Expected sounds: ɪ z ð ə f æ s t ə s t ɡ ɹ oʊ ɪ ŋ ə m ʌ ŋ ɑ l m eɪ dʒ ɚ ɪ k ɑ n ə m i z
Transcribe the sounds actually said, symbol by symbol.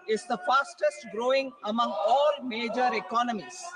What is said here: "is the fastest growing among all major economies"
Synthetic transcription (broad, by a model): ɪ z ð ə f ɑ s t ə s t ɡ ɹ oʊ ɪ ŋ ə m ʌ ŋ ɑ l m eɪ dʒ ɚ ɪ k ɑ n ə m i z